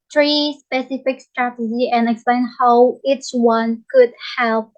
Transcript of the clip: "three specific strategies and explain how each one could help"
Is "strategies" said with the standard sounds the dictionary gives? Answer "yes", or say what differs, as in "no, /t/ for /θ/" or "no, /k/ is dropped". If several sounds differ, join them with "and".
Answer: no, /z/ is dropped